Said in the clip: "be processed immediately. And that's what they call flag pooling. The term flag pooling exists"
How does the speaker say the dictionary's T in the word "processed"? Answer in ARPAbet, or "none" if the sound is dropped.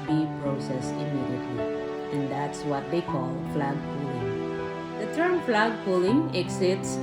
none